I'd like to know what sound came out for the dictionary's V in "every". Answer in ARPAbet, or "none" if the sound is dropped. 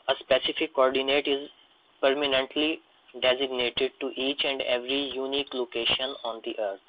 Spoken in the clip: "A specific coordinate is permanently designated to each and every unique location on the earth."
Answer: V